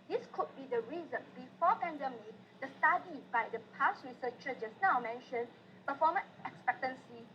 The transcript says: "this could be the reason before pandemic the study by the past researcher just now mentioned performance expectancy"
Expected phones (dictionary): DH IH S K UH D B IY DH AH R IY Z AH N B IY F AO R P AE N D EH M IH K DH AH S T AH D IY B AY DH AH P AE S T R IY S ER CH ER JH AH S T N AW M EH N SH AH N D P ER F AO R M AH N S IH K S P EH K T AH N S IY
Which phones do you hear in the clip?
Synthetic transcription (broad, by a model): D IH S K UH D B IY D AH R IY Z AH N B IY F AO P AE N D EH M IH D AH S T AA D IY B AY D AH P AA S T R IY S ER CH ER CH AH S N AW M EH N SH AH N P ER F AO M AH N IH K S P EH K T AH N S IY